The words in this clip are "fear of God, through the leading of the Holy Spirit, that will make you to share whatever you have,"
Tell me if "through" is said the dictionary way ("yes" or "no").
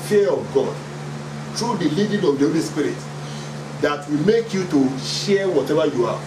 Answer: no